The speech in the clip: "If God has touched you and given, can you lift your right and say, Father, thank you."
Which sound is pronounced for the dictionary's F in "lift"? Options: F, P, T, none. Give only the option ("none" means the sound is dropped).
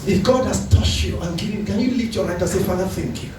none